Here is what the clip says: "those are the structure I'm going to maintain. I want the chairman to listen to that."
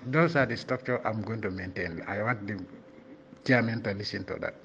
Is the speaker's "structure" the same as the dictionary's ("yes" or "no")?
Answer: no